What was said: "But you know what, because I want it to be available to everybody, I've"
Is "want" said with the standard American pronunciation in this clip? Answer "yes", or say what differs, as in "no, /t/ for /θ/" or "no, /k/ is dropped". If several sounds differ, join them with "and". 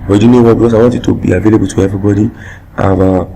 no, /n/ is dropped